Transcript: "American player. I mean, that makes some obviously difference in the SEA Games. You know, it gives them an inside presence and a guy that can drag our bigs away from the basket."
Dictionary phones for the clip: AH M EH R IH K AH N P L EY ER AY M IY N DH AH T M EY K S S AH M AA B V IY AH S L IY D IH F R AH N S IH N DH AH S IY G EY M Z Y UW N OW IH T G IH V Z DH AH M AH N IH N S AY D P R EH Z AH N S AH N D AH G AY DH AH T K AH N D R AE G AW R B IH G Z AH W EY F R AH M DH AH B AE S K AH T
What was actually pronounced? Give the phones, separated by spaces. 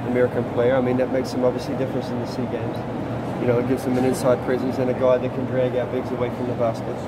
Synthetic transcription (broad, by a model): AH M EH R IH K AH N P L EY ER AY M IY N DH AH T M EY K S S AH M AA B V IY AH S L IY D IH F R AH N S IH N DH AH S IY G EY M Z Y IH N OW IH T G IH V Z DH AH M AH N IH N S AY D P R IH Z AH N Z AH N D AH G AY DH AH T K AH N D R AE G AW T B IH G Z AH W EY F R AH M DH AH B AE S K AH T